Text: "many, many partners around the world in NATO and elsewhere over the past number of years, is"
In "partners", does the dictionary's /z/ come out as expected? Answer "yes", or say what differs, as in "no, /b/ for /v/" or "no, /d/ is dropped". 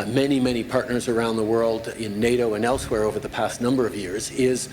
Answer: yes